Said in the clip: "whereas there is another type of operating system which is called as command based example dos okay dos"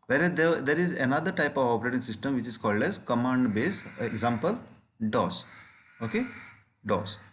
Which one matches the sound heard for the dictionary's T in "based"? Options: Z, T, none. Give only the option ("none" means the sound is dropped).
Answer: none